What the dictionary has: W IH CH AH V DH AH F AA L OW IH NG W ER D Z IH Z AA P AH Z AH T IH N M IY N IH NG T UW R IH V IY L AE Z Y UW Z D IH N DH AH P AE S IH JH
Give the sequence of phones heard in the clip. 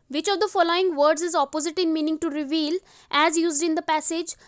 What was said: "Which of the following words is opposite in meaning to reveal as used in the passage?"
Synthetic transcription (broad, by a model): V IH CH AH V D AH F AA L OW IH NG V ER D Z IH Z AA P AH Z AH T IH N M IY N IH NG T UW R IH V IY L AE Z Y UW Z D IH N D AH P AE S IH JH